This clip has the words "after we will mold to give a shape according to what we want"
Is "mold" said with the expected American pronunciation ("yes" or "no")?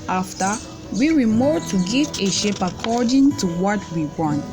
no